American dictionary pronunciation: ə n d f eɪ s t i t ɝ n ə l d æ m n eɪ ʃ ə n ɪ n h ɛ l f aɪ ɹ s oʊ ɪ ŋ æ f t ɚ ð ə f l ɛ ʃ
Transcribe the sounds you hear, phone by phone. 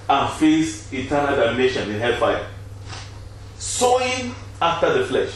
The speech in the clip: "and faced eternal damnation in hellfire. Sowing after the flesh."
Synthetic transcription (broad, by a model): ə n f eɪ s i t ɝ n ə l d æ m n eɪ ʃ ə n ɪ n h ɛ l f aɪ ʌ s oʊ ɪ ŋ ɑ f t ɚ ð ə f l ɛ ʃ